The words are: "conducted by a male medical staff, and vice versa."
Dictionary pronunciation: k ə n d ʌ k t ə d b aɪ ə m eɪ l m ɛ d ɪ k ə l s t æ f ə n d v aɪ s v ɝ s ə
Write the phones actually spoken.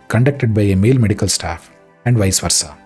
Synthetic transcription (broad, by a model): k ə n d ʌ k t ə d b aɪ ə m eɪ l m ɛ d ɪ k ə l s t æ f ə n d v aɪ s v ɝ s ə